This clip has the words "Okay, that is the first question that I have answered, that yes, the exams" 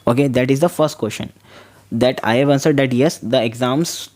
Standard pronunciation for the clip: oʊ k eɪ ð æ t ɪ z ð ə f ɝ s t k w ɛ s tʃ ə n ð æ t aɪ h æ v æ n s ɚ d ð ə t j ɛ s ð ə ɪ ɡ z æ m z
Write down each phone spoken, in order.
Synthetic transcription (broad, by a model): oʊ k eɪ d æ t ɪ z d ə f ɝ s t k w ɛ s ʃ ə n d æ t aɪ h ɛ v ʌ n s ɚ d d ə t j ɛ s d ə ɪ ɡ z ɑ m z